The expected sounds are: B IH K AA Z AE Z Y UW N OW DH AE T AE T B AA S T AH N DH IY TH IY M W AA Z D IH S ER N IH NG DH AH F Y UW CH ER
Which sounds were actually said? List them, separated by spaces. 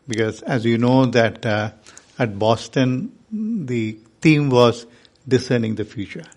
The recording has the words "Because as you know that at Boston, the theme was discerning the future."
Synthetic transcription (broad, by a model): B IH K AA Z AE Z Y UW N OW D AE T AE T B AA S T AH N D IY T IY M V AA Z D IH S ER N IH NG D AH F Y UW CH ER